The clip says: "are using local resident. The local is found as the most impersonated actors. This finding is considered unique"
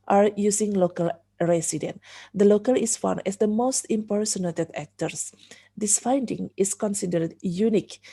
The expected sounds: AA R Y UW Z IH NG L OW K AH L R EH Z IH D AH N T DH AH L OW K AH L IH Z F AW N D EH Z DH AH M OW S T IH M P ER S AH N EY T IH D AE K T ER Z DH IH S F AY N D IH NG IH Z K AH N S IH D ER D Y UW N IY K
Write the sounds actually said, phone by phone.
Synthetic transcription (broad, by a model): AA R Y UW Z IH NG L OW K AH L R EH S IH D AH N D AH L OW K AH L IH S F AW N EH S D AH M OW S T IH M P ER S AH N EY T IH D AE K T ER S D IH S F AY N D IH NG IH S K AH N S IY D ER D Y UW N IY K